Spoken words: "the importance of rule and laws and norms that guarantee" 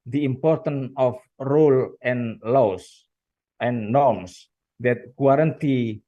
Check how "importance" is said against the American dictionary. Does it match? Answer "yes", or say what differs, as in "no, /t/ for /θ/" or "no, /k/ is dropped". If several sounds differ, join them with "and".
no, /s/ is dropped